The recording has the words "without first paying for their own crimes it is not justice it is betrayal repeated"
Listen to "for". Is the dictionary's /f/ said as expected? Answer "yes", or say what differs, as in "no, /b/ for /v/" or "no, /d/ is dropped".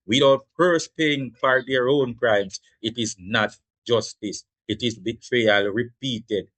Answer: no, /p/ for /f/